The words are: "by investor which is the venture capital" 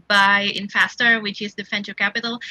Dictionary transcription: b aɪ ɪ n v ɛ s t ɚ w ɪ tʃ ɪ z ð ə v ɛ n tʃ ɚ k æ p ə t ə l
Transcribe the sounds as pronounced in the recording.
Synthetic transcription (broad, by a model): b aɪ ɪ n f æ s t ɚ w ɪ tʃ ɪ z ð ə f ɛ n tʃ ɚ k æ p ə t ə l